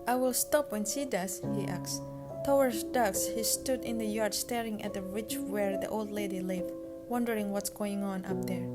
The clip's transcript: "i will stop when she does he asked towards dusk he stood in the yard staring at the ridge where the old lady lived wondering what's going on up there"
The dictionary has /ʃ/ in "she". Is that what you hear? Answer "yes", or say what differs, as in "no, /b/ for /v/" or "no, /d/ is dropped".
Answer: no, /s/ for /ʃ/